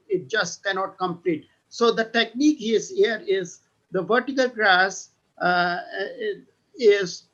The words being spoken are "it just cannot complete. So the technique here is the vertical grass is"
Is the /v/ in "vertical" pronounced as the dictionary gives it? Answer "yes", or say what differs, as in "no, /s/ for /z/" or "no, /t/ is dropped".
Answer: yes